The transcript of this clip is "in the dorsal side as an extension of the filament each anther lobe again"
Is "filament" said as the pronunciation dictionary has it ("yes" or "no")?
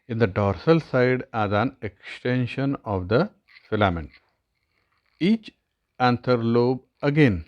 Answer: yes